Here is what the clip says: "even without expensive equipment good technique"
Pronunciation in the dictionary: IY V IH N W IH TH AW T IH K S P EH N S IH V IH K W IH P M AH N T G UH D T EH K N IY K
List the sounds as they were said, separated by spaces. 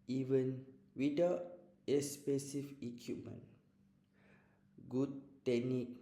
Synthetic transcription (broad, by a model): IY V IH N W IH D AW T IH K S P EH S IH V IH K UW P M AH N G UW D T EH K N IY K